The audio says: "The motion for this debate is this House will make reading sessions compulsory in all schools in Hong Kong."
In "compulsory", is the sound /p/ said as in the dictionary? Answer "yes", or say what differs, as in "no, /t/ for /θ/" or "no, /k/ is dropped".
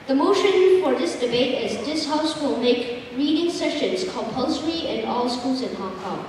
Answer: yes